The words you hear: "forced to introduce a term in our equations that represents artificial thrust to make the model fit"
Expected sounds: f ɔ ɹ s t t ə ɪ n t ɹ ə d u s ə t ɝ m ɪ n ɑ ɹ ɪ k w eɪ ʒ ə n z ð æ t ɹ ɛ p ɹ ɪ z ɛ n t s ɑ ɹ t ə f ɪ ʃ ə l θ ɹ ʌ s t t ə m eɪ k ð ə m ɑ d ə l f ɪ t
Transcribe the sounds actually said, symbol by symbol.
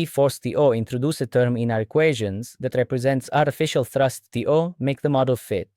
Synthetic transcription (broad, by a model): f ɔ ɹ s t t ə ɪ n t ɹ ə d u s ə t ɝ m ɪ n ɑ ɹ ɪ k w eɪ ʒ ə n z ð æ t ɹ ɛ p ɹ ɪ z ɛ n t s ɑ ɹ t ə f ɪ ʃ ə l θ ɹ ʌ s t t ə m eɪ k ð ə m ɑ d ə l f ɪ t